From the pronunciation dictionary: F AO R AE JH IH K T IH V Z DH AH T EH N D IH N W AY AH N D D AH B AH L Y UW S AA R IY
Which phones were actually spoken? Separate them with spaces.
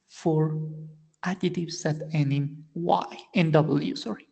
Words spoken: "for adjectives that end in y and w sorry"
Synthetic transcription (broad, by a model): F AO R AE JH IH T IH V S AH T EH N IH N W AY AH N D D AH B AH L Y UW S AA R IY